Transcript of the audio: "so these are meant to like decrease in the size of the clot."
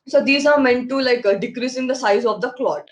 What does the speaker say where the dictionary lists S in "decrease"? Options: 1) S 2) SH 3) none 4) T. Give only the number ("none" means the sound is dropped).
1